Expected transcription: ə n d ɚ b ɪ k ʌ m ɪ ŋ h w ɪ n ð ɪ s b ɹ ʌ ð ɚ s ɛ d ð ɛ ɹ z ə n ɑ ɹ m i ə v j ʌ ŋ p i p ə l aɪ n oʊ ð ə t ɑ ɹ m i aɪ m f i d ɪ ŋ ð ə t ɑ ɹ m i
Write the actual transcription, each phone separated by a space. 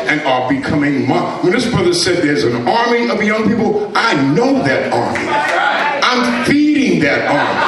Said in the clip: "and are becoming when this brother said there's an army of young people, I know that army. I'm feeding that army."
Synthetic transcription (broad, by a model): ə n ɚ b ɪ k ʌ m ɪ ŋ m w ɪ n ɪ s b ɹ ʌ ð ɚ s ɛ d ð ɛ ɹ z ə n ɑ ɹ m i ə v j ʌ ŋ p i p l aɪ n oʊ ð ə t ɑ ɹ m i aɪ m f i d ɪ ŋ ð ə t ɑ ɹ m i